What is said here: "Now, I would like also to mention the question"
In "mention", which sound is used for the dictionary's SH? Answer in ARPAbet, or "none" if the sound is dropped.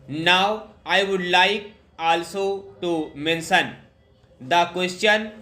S